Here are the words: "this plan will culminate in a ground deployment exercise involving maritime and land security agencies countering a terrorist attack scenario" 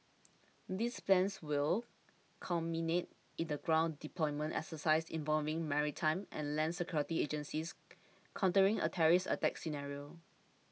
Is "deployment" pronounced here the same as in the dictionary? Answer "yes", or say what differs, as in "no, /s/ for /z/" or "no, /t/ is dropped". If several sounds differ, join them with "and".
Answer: yes